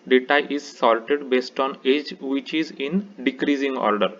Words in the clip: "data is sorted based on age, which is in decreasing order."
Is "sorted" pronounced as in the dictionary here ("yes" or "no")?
no